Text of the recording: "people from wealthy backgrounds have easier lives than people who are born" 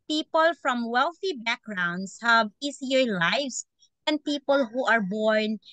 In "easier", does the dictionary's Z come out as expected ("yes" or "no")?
no